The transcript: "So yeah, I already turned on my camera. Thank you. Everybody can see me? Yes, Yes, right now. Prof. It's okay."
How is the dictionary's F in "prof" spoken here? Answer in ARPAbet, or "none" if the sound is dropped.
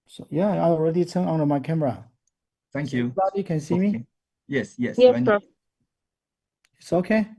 none